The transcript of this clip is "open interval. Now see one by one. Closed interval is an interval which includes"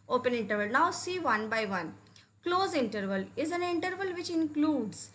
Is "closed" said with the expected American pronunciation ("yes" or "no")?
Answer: no